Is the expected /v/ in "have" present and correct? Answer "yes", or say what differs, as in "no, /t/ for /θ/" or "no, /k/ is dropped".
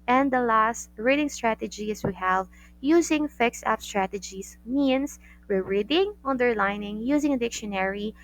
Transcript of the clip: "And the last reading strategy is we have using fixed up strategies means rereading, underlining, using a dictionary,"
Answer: yes